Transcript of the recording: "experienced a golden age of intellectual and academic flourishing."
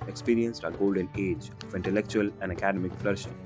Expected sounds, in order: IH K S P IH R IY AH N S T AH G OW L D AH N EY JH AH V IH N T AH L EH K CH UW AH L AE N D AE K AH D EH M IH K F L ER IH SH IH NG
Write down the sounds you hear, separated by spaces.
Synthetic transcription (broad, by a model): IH K S P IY R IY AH N S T AH G OW L D AH N EY JH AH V IH N T AH L EH K CH UW AH L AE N D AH K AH D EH M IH K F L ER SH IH